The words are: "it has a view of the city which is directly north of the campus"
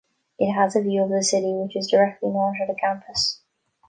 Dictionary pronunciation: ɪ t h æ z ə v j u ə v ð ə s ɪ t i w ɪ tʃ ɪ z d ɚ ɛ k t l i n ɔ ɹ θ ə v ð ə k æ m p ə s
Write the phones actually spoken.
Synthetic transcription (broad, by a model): ɪ t h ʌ z ə v j u ə v ð ə s ɪ t i w ɪ tʃ ɪ z d ɚ ɛ k t l i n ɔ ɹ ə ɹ ð ə k æ m p ə s